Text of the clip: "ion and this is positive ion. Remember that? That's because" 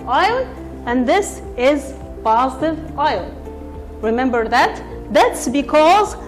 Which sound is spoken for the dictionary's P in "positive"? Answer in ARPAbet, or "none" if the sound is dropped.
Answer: P